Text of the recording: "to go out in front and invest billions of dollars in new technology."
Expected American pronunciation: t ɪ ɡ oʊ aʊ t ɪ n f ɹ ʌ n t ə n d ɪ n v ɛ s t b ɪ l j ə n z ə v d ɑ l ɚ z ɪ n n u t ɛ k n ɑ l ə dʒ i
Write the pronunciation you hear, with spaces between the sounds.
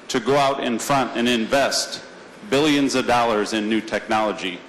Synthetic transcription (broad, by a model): t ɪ ɡ oʊ aʊ t ɪ n f ɹ ʌ n t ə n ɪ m v ɛ s t b ɪ l j ə n z ə v d ɑ l ɚ z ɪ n n u t ɛ k n ɑ l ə dʒ i